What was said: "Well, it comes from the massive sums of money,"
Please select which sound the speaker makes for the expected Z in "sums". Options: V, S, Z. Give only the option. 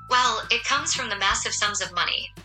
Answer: Z